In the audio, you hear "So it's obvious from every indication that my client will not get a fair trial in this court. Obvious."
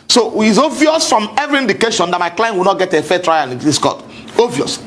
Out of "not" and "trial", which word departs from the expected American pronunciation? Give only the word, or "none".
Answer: trial